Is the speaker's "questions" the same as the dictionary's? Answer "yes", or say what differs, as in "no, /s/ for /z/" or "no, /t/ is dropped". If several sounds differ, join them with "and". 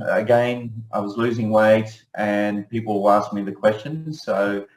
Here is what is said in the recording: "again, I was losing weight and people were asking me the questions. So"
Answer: yes